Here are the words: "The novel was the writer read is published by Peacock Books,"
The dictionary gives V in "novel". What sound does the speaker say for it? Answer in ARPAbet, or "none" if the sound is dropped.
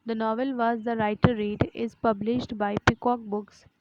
V